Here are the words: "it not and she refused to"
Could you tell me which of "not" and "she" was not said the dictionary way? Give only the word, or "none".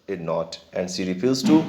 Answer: she